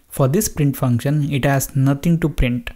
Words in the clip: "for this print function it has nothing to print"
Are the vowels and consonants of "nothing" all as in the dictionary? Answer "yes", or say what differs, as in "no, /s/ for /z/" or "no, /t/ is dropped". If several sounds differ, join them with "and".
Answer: no, /t/ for /θ/